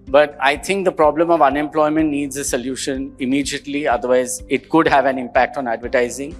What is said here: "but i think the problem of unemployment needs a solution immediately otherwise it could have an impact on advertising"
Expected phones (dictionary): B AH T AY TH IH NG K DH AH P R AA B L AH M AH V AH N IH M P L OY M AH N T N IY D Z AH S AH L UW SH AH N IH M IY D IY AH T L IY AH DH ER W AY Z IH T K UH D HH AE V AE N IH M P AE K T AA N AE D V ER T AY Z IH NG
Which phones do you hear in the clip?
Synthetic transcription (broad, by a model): B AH T AY T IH NG K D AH P R AA B L AH M AH V AH N IH M P L OY M AH N T N IY D Z AH S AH L UW SH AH N IH M IY D IY AH T L IY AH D ER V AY Z IH T K UH D HH AE V AE N IH M P AE K T AA N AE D V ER T AY Z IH NG